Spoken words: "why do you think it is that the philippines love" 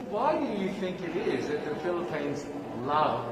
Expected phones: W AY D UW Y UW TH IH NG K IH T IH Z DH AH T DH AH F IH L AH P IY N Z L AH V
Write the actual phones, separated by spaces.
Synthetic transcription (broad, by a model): W AY D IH Y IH TH IH NG K IH T IH Z DH AH T DH AH F IH L AH P IY N Z L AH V